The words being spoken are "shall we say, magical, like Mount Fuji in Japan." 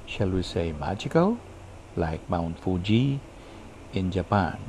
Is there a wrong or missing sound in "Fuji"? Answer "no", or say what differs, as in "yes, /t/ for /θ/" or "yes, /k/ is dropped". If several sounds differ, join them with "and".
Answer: no